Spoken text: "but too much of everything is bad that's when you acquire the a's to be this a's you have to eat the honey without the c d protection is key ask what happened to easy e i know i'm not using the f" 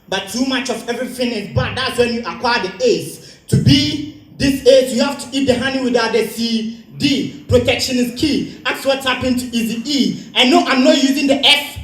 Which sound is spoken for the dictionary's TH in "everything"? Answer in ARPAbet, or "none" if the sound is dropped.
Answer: F